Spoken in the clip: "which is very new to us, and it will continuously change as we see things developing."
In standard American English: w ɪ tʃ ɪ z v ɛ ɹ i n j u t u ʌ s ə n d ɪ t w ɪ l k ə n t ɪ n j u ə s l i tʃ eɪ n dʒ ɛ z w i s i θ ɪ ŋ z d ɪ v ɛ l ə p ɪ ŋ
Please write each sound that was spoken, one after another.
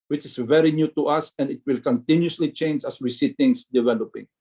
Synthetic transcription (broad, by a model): w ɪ tʃ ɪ s v ɛ ɹ i n j u t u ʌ s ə n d ɪ t w ɪ l k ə n t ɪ n j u s l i tʃ eɪ n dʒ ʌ s w i s i t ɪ ŋ s d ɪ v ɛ l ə p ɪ ŋ